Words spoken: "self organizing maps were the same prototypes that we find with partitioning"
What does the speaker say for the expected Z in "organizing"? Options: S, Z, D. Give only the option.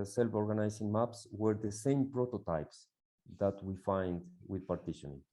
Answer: S